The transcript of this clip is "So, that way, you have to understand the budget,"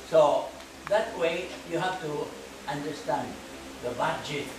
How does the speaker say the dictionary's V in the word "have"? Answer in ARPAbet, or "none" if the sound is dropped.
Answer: F